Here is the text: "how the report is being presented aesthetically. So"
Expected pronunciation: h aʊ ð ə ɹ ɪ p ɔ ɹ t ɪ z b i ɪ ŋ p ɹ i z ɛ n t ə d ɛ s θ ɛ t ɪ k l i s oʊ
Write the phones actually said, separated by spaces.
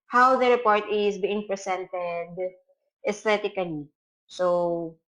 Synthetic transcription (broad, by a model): h aʊ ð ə ɹ ɪ p ɔ ɹ t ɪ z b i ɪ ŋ p ɹ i s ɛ n t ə d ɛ s t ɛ t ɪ k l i s oʊ